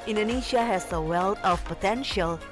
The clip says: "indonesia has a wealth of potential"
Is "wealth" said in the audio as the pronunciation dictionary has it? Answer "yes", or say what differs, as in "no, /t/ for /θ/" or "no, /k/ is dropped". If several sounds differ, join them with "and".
no, /t/ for /θ/